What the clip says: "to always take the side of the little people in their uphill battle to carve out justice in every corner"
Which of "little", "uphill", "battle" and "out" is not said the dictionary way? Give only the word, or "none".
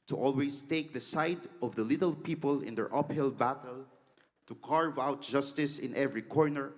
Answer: none